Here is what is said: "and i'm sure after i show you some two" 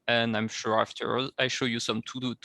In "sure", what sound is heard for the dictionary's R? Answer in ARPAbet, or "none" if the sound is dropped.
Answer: R